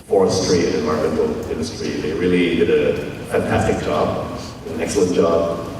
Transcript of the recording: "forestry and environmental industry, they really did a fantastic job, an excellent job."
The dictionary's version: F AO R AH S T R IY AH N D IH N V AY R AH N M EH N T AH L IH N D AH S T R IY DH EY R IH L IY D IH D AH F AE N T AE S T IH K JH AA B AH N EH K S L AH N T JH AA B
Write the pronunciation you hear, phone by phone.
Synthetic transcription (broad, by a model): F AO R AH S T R IY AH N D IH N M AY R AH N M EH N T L IH N D AH S T R IY DH EY R IH L IY D IH D AH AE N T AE T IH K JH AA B AH N EH K S L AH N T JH AA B